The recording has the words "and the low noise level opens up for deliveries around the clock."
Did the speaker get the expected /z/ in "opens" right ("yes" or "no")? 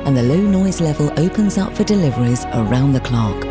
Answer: yes